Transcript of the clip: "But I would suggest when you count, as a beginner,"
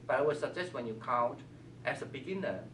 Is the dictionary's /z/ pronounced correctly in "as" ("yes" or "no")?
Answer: no